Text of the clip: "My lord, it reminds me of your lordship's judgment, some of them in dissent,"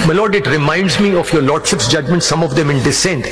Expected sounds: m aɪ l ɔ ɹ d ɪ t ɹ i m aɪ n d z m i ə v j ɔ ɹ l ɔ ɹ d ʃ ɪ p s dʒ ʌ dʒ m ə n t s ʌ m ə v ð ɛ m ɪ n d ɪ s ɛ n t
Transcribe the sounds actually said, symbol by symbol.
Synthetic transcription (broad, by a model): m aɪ l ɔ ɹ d ɪ t ɹ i m aɪ n d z m i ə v j ɔ ɹ l ɔ ɹ d ʃ ɪ p s dʒ ʌ dʒ m ə n t s ʌ m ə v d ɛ m ɪ n d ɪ s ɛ n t